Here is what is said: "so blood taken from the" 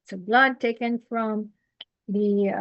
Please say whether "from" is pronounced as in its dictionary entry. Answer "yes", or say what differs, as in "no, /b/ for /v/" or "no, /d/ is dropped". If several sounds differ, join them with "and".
yes